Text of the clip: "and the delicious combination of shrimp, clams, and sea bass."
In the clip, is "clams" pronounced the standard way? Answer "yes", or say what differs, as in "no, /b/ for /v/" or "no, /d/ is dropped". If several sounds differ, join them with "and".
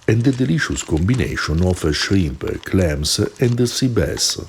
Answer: no, /s/ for /z/